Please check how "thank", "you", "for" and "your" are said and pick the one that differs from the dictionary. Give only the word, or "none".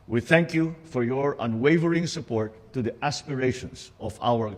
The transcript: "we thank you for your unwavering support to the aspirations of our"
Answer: none